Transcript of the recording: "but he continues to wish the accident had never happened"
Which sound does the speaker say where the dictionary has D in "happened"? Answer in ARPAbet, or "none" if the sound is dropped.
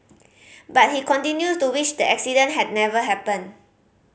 none